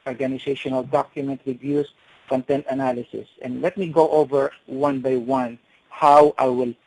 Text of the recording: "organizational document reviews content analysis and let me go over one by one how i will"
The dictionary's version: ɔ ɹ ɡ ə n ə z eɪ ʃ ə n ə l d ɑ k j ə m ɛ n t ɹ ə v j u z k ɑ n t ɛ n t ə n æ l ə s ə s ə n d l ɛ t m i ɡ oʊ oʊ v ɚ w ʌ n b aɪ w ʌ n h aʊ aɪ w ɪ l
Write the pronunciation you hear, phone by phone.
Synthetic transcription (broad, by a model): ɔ ɹ ɡ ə n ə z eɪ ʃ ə n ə l d ɑ k j ə m ɛ n t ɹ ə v j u s k ɑ n t ɛ n t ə n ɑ l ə s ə s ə n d l ɛ t m i ɡ oʊ oʊ v ɚ w ʌ n b aɪ w ʌ n h aʊ aɪ w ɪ l